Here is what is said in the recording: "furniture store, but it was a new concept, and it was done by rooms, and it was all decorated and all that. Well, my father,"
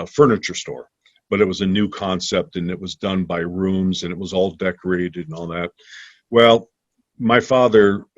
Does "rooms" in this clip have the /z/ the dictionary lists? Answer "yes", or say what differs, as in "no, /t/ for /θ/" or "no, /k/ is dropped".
yes